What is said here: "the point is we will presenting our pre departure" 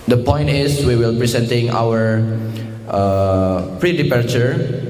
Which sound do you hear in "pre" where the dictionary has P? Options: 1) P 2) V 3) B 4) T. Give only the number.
1